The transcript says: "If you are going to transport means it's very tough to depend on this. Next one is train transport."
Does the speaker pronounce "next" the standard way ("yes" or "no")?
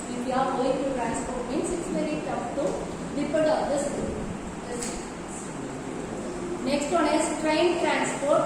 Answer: yes